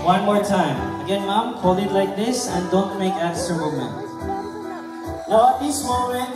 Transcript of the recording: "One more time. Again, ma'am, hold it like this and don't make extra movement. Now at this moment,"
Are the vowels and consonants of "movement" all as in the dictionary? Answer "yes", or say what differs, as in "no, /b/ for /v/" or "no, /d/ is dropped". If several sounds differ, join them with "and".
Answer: no, /v/ is dropped